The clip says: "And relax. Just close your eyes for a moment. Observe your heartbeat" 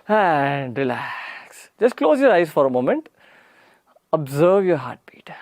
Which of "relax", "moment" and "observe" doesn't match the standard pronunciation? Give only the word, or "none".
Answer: none